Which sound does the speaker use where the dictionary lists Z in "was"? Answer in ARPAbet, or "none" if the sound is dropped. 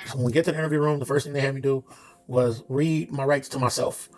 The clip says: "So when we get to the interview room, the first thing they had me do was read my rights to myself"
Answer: Z